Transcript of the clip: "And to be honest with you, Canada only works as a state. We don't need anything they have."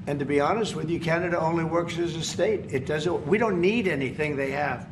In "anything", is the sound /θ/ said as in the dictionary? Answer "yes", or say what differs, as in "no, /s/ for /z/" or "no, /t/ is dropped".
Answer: yes